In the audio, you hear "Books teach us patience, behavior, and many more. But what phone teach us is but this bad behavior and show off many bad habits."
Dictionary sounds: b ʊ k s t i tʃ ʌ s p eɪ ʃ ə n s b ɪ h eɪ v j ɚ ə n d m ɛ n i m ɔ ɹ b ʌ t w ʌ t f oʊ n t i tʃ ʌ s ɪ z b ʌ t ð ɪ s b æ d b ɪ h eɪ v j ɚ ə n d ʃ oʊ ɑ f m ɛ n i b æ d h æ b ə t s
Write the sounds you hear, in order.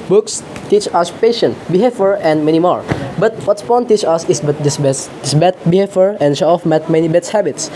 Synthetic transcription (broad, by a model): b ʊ k s t i tʃ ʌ s p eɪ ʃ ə n b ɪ h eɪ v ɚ ə n d m ɛ n i m ɔ ɹ b ʌ t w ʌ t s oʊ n t i tʃ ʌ s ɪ s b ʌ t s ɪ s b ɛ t b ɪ h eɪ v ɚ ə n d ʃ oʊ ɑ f m ɛ n i b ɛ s h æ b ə t s